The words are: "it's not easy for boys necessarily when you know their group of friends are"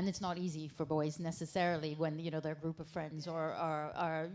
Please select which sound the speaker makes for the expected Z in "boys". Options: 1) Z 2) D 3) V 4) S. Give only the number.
1